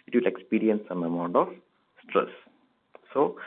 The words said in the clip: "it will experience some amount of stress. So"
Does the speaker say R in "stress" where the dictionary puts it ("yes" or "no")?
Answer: yes